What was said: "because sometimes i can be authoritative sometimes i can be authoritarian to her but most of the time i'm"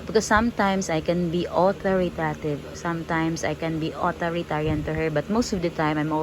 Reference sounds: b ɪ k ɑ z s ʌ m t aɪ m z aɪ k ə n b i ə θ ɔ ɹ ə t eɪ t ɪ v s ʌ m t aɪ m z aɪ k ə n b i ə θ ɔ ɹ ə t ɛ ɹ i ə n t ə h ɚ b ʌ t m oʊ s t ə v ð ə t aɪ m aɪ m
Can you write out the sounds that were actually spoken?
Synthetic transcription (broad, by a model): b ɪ k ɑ s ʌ m t aɪ m s aɪ k ə n b i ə t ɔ ɹ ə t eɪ t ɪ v s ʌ m t aɪ m s aɪ k ə n b i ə t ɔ ɹ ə t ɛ ɹ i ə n t ə h ɚ b ʌ t m oʊ s t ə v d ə t aɪ m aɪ m